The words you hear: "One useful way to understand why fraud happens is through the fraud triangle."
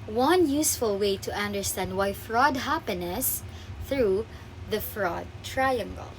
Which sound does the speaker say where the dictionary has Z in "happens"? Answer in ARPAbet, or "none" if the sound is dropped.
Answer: none